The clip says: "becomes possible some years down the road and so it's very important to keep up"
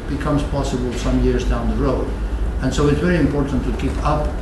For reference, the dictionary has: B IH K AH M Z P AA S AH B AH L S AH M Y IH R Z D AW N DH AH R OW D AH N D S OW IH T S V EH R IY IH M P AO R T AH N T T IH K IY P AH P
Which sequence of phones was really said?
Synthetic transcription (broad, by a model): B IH K AH M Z P AA S AH B AH L S AH M Y IH R Z D AW N DH AH R OW D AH N S OW IH T S V EH R IY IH M P AO R T N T T IH K IY P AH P